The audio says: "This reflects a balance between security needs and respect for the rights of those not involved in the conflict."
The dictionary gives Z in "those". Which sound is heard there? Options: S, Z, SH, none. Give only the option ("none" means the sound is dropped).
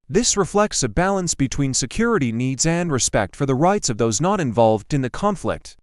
Z